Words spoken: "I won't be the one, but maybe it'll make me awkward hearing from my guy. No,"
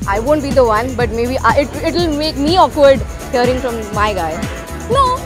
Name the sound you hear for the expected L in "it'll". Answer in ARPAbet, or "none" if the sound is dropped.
L